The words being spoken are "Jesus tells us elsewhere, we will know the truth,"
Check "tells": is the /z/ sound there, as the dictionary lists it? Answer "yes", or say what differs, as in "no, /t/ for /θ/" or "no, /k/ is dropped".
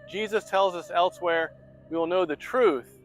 yes